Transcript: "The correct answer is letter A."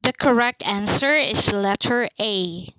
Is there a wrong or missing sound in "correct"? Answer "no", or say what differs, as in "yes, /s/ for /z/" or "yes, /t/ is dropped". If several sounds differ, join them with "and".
no